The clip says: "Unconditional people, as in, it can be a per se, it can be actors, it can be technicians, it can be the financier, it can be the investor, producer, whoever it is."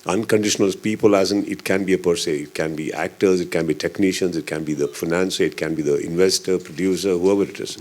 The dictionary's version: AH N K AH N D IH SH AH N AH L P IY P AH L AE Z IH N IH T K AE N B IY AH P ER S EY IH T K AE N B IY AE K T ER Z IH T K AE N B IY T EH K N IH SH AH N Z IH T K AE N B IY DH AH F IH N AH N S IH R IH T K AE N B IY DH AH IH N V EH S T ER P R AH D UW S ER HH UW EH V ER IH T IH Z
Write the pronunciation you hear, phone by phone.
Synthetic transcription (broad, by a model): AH N K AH N D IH SH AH N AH L P IY P AH L AE Z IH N IH T K AE N B IY AH P ER S EY IH T K AE N B IY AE K T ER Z IH T K AE N B IY T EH K N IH SH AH N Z IH T K AE N B IY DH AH F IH N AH N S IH IH T K AE N B IY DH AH IH N V EH S T ER P R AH D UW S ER HH UW EH V ER IH T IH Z